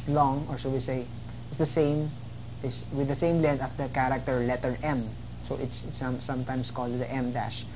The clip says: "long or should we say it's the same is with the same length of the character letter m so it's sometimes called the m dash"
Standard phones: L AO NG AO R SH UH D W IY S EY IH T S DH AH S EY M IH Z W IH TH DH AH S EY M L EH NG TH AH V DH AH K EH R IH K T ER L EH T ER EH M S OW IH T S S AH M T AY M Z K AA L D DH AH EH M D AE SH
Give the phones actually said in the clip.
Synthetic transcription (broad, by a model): L AO NG AO R S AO W IY S EY IH T S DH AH S EY M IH S W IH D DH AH S EY M L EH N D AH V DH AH K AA R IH K T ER L EH T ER EH M S OW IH T S S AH M T AY M S K AA L D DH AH EH M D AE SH